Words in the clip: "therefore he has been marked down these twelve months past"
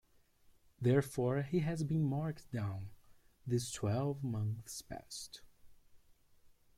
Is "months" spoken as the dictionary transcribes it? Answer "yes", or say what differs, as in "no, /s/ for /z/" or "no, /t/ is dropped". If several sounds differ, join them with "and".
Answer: yes